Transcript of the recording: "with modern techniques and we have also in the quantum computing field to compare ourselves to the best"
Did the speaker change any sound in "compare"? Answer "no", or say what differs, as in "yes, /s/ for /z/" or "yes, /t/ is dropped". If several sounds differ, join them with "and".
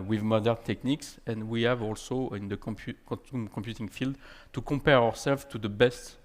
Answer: yes, /m/ is dropped